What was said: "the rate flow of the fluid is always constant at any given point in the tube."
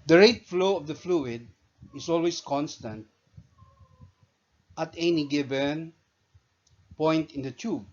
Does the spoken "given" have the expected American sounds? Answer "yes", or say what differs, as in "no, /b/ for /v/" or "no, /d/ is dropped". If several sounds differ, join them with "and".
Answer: no, /b/ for /v/